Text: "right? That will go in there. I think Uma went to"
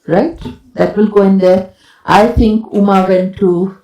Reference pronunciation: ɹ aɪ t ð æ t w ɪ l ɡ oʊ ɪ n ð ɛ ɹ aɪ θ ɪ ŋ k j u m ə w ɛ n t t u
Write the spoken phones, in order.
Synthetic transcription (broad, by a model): ɹ aɪ t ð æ t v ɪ l ɡ oʊ ɪ n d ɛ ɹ aɪ t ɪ ŋ k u m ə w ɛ n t t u